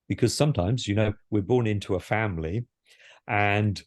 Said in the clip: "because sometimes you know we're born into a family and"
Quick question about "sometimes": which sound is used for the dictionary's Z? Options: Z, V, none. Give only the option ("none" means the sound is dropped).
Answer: Z